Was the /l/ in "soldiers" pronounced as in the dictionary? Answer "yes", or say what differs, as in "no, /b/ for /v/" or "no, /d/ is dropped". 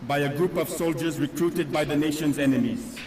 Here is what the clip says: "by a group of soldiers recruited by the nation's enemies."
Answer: yes